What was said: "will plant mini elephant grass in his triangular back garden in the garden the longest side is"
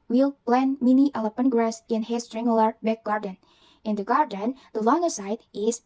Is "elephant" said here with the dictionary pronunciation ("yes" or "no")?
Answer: no